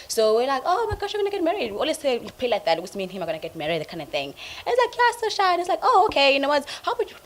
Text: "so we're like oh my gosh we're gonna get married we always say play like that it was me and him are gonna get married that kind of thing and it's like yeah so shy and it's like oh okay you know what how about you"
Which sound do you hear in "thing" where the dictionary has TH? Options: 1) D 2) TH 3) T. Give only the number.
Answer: 2